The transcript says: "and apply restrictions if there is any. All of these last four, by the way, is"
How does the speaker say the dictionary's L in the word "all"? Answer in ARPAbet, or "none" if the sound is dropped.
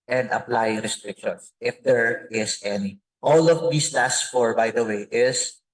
L